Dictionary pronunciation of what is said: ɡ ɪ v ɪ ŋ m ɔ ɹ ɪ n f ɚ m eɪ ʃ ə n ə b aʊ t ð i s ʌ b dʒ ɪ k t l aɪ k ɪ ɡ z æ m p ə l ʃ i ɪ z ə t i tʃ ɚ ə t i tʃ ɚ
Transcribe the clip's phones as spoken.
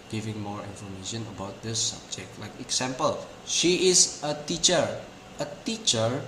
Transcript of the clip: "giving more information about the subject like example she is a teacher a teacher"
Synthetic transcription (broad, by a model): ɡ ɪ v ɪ ŋ m ɔ ɹ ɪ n f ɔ m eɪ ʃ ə n ə b aʊ t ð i s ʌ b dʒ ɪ k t l aɪ k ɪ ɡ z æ m p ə l ʃ i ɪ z ə t i tʃ ɚ ə t i tʃ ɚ